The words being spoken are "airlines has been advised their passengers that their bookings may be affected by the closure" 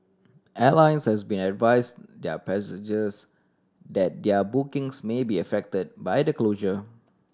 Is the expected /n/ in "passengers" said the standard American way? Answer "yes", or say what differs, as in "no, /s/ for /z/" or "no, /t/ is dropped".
no, /n/ is dropped